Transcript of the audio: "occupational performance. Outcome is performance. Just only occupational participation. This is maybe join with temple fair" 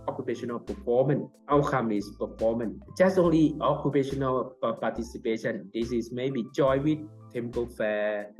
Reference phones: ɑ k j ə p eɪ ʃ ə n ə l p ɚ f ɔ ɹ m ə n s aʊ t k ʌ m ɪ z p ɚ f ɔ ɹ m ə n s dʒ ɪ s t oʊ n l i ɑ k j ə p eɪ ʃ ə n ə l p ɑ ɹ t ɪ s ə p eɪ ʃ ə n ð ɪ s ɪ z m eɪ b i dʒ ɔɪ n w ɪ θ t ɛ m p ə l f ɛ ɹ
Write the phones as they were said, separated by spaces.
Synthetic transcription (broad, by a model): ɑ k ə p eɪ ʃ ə n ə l p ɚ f ɔ m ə n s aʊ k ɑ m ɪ s p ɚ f ɔ m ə n dʒ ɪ s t oʊ n l i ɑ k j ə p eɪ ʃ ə n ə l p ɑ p t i s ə p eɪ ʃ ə n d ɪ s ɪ s m eɪ b i tʃ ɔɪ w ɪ t ɛ m p ə l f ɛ